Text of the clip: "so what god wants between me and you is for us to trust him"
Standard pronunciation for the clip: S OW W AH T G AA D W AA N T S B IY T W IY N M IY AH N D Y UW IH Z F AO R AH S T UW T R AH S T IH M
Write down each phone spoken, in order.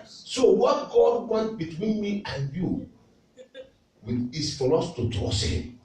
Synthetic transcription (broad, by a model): S OW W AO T G AA D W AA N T B IY T W IY N M IY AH N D Y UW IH S F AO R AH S T UW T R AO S IH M